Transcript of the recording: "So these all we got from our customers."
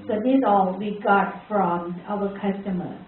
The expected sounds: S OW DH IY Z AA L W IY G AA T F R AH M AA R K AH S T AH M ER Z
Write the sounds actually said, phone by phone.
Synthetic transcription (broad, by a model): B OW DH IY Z AA L W IY G AA T F R AH M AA W K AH S T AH M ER